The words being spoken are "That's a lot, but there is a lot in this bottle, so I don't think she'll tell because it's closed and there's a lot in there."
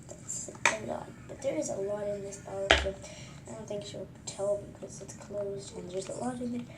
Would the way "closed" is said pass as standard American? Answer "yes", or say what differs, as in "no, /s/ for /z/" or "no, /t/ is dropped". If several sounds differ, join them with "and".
yes